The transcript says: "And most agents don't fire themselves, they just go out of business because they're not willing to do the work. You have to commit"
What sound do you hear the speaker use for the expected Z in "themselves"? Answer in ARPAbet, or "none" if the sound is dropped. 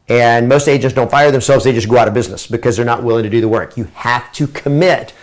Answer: Z